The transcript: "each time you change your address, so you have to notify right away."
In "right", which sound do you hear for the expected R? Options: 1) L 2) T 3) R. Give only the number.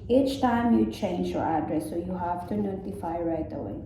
3